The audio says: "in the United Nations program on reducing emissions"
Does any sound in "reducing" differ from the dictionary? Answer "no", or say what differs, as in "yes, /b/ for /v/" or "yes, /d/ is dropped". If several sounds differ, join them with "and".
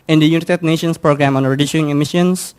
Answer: yes, /s/ is dropped